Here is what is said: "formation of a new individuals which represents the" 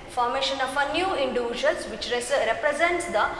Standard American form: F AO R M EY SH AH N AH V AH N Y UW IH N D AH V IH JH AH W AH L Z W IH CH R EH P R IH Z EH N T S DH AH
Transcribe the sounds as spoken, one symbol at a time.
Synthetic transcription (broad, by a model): F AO R M EY SH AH N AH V AH N Y UW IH N D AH V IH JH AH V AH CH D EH S R EH P R IH Z EH N T S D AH